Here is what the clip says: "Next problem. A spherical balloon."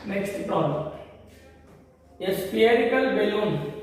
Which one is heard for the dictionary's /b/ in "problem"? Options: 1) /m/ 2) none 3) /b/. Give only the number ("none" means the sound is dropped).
2